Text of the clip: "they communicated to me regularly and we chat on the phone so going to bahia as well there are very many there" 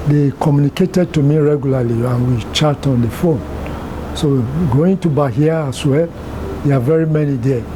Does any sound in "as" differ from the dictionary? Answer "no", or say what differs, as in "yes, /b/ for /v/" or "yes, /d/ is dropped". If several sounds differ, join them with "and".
yes, /s/ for /z/